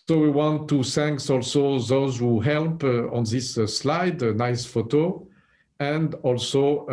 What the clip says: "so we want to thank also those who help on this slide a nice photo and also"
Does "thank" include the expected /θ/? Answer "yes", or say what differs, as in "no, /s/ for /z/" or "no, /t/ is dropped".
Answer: no, /s/ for /θ/